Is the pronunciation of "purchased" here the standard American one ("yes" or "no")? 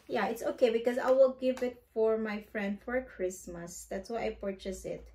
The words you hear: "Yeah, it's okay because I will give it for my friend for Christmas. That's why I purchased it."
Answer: no